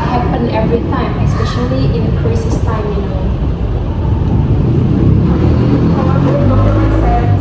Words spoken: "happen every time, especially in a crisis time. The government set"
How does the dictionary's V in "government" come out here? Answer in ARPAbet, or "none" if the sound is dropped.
none